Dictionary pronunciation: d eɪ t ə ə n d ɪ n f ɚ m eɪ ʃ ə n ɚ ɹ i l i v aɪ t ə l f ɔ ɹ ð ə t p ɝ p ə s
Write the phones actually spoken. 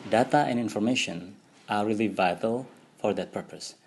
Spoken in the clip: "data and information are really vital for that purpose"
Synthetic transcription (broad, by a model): d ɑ t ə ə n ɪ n f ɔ m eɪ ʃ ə n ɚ ɹ i l i v aɪ t ə l f ɔ ɹ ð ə t p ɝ p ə s